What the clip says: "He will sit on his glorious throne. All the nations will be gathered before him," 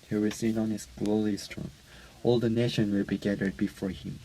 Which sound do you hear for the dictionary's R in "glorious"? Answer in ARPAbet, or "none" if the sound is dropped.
L